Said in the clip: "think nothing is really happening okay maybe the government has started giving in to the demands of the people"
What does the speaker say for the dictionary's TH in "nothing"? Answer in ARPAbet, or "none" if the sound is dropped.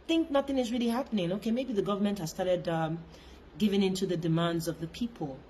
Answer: TH